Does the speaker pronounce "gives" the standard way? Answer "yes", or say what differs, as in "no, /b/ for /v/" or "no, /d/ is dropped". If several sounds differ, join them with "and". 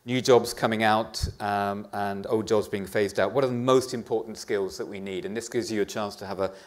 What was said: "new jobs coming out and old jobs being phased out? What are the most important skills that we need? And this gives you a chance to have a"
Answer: yes